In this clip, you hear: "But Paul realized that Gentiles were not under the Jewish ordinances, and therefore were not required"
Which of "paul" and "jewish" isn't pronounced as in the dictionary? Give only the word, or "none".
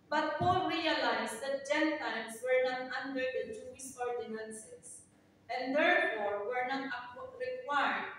jewish